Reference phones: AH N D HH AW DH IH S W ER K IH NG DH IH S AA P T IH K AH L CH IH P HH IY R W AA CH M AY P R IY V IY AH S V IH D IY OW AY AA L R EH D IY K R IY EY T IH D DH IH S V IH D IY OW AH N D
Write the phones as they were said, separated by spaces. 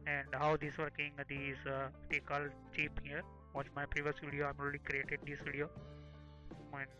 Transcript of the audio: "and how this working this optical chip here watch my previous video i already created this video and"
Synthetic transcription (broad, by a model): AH N D HH AW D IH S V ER K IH NG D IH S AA T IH K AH L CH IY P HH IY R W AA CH M AY P R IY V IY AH S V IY D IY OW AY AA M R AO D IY K R IY EY T IH D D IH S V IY D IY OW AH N